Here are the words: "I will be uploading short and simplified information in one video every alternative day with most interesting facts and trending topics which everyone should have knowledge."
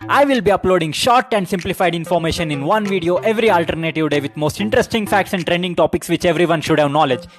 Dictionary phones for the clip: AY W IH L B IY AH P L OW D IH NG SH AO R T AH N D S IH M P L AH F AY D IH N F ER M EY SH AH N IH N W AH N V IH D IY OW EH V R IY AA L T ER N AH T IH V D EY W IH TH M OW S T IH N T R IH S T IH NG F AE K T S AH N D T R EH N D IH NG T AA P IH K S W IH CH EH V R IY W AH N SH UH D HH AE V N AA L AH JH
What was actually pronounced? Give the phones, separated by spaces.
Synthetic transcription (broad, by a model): AY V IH L B IY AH P L OW D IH NG SH AO R T AH N D S IH M P L AH F AY D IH N F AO M EY SH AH N IH N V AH N V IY D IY OW EH V R IY AA L T ER N AH T IH V D EY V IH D M OW S T IH N T R IH S T IH NG F AE K T S AH N D T R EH N D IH NG T AA P IH K S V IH CH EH V R IY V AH N SH UH D HH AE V N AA L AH JH